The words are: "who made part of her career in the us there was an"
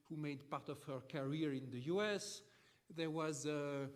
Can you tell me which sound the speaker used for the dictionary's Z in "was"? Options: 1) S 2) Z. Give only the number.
2